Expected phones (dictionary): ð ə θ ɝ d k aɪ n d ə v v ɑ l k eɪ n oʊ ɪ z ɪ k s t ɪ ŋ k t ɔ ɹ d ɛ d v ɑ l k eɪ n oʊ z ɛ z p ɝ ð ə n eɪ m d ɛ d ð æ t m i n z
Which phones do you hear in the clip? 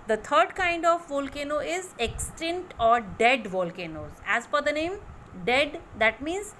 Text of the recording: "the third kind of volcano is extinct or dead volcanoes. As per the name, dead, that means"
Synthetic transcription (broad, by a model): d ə t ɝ d k aɪ n d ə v v ɑ l k eɪ n oʊ ɪ z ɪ k s t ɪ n t ɔ ɹ d ɛ d v ɑ l k eɪ n oʊ z ɛ z f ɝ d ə n eɪ m d ɛ d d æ t m i n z